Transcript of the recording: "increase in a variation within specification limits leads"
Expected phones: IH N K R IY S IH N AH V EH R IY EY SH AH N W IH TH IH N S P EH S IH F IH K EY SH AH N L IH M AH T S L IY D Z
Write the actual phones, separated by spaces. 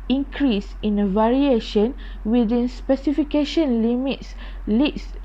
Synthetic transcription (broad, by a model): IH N K R IY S IH N AH V EH R IY EY SH AH N W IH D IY N S P EH S IH F IH K EY SH AH N L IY M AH T S L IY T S